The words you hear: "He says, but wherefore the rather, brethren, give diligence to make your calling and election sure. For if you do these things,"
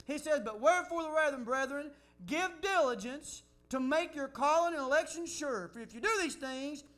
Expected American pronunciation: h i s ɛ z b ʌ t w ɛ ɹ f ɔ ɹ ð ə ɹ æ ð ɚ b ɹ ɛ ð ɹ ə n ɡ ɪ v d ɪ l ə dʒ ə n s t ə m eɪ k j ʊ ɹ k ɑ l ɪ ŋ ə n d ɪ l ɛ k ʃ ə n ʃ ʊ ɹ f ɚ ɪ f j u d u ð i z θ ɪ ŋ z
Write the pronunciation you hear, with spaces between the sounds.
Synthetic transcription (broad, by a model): h i s ɛ z b ʌ t w ɛ ɹ f ɔ ɹ ð ə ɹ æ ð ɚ b ɹ ɛ ð ɹ ə n ɡ ɪ v d ɪ l ə dʒ ə n s t ə m eɪ k j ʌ ɹ k ɑ l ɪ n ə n ɪ l ɛ k ʃ ə n ʃ ʊ ɹ f ɚ ɪ f j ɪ d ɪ ð i z θ ɪ ŋ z